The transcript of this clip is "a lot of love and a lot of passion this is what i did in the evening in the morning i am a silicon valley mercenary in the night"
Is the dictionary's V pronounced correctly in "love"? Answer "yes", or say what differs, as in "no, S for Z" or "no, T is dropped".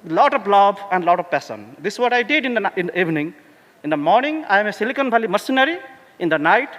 no, B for V